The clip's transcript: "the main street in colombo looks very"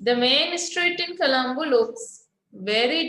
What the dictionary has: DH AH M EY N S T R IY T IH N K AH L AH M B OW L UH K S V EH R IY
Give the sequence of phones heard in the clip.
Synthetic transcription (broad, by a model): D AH M EY N S T R IY T IH N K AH L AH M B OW L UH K S V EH R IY